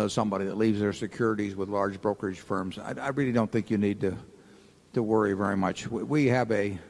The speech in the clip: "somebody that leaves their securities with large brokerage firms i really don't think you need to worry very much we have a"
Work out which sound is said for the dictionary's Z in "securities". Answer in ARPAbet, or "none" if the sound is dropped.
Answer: Z